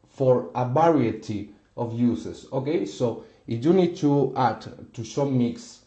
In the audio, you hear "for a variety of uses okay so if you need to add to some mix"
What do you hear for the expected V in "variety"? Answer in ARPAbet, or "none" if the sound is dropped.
B